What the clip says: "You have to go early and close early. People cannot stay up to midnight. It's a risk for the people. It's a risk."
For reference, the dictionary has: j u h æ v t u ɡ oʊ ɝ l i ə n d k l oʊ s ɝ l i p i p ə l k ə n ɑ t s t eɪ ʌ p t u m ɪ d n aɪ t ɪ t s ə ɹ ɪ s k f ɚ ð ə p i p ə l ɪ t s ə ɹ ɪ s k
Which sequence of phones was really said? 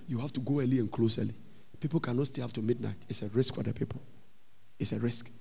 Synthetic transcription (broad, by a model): j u h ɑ f t u ɡ oʊ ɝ l i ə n k l oʊ s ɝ l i p i p ə l k ə n ɑ t s t eɪ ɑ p t u m ɪ d n aɪ t ɪ t s ə ɹ ɪ s k f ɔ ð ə p i p ə l ɪ t s ə ɹ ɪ s k